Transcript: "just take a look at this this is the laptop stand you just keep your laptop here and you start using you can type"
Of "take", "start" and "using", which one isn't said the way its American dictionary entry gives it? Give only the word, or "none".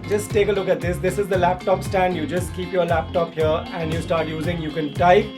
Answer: none